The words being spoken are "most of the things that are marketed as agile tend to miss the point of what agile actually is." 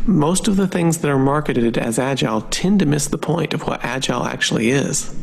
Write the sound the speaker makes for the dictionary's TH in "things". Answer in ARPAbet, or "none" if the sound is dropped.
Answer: TH